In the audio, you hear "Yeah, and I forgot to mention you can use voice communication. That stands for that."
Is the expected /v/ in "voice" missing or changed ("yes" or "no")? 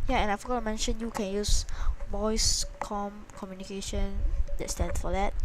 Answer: yes